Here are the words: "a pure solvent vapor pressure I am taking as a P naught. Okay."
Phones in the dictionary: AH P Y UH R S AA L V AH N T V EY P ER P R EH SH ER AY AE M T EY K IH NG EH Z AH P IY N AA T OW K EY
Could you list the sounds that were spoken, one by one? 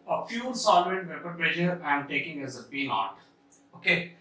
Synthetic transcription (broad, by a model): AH F Y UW L S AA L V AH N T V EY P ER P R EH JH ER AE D T EY K IH NG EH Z AH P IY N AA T OW K EY